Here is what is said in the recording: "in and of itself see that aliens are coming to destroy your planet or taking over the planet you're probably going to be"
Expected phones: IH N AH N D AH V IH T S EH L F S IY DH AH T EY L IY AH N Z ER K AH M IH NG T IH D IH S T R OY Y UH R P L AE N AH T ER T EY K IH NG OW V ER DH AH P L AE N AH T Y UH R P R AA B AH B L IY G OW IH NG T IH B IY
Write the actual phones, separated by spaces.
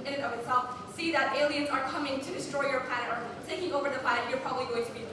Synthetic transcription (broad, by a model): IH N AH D AH V IH T S EH L F S IY DH AH T EY L IY AH N Z ER K AH M IH NG T IH D IH S T R OY Y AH R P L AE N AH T ER S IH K IH NG OW V ER DH AH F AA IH AH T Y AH R P R AA B AH B L IY G OW IH NG T IH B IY